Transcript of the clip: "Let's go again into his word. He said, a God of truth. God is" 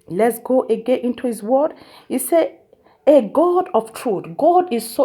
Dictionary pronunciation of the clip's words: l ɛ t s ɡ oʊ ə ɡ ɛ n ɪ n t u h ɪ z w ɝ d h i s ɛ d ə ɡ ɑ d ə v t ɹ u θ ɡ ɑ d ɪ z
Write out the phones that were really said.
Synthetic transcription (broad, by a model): l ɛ t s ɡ oʊ ə ɡ ɛ n ɪ n t u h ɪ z w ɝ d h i s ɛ ə ɡ ɑ d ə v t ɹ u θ ɡ ɑ d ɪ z